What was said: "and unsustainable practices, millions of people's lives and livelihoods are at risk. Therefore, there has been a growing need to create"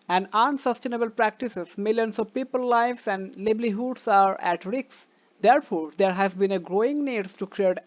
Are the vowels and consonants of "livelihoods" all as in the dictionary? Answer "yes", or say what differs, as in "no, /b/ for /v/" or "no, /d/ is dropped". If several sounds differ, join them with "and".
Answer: no, /b/ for /v/ and /s/ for /z/